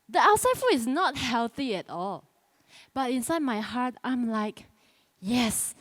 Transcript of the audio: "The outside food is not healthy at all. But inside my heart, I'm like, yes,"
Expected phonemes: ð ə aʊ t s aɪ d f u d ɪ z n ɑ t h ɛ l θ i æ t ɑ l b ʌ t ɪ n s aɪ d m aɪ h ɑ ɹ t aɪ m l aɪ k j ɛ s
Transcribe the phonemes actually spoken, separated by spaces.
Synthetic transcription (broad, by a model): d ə aʊ t s aɪ d f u ɪ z n ɑ t h ɛ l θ i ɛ t ɑ l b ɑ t ɪ n s aɪ d m aɪ h ɑ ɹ t aɪ m l aɪ k j ɛ s